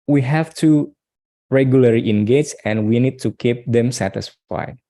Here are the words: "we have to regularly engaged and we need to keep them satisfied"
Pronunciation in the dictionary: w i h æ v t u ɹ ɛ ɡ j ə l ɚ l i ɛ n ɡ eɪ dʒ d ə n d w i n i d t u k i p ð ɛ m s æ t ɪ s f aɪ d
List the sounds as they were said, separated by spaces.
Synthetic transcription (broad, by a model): w i h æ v t u ɹ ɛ ɡ j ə l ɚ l i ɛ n ɡ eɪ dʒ ə n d w i n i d t u k i p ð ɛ m s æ t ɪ s f aɪ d